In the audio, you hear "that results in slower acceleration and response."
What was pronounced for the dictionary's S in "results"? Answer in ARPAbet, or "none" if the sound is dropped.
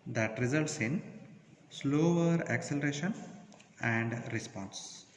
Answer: S